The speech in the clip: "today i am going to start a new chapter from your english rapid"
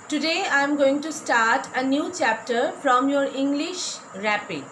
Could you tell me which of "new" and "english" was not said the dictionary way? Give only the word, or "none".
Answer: none